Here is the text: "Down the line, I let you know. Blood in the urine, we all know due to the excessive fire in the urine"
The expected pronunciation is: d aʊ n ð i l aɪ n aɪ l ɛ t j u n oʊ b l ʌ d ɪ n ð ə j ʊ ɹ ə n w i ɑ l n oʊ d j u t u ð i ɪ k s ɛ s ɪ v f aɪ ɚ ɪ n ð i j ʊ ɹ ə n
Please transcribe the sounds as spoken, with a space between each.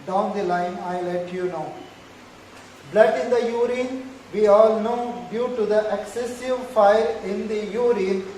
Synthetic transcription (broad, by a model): d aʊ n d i l aɪ n aɪ l ɛ t j u n oʊ b l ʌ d ɪ n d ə j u ɹ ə n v i ɑ l n oʊ d j u t u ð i ɪ k s ɛ s ɪ v f aɪ ɚ ɪ n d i j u ɹ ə n